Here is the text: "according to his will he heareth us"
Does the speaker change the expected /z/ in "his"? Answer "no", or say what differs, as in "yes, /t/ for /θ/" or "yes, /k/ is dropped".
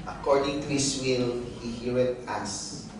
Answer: yes, /s/ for /z/